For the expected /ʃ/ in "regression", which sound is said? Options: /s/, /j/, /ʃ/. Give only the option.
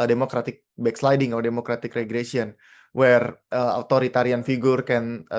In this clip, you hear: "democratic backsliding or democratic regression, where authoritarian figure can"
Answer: /s/